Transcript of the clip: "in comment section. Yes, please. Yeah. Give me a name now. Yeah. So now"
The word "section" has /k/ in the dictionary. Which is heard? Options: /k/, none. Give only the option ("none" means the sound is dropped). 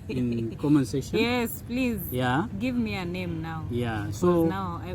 none